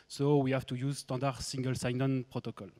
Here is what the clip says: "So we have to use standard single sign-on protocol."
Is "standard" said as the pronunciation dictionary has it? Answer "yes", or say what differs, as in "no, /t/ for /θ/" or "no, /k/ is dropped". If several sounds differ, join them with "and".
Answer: no, /n/ is dropped